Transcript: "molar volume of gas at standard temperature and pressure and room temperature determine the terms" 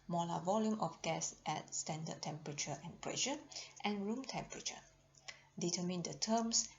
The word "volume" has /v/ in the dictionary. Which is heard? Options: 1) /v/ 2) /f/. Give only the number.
1